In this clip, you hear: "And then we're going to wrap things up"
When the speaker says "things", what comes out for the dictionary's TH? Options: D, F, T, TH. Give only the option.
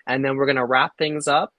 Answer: TH